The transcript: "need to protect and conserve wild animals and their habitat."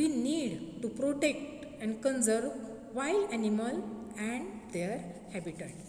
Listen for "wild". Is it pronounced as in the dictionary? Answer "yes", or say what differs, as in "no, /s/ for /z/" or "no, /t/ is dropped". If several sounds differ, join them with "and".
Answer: no, /d/ is dropped